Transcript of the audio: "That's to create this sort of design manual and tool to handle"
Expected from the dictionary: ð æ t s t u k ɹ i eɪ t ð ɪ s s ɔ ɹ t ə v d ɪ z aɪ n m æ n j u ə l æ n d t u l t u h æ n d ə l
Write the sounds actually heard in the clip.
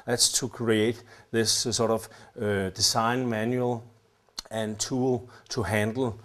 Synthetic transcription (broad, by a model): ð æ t s t u k ɹ i eɪ t ð ɪ s s ɔ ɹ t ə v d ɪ s aɪ n m æ n j u ə l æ n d t u l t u h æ n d l